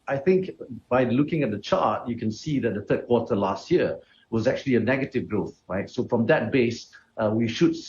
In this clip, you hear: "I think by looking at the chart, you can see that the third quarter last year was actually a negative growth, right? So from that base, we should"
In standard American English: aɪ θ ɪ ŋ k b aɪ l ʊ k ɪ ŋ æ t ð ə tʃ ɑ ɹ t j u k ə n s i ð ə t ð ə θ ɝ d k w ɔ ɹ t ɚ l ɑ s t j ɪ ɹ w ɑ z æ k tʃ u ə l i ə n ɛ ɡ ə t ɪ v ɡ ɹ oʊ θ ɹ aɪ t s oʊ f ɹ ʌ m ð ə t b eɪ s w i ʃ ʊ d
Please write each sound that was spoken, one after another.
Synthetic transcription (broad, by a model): aɪ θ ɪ ŋ k b aɪ l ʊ k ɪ ŋ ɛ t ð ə tʃ ɑ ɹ t j u k ə n s i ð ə t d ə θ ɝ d k w ɔ t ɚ l ɑ s t j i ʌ w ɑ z æ k tʃ u ə l i ə n ɛ ɡ ə t ɪ v ɡ ɹ oʊ θ ɹ aɪ t s oʊ f ɹ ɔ m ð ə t b eɪ s w i ʃ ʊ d